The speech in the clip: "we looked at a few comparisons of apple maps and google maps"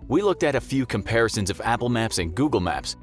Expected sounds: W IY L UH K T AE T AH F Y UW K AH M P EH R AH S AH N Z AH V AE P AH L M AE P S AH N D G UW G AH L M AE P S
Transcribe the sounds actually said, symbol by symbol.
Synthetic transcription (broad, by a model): W IY L UH K T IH T AH F Y UW K AH M P EH R AH S AH N Z AH V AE P L M AE P S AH N G UW G L M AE P S